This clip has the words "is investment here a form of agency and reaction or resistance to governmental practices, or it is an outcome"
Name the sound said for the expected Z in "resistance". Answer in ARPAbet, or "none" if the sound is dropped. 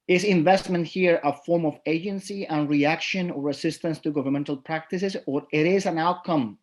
S